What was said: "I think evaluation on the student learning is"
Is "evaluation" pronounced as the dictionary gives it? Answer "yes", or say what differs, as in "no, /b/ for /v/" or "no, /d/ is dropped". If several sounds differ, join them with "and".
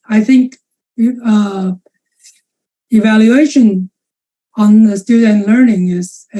yes